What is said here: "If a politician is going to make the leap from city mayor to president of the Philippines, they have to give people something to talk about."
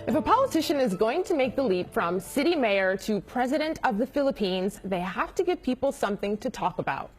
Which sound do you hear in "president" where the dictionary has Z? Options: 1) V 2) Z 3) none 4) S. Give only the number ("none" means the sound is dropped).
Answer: 2